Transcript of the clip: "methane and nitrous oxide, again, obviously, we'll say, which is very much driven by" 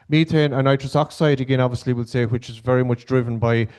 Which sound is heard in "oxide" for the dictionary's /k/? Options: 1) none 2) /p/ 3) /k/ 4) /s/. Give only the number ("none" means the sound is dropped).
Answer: 3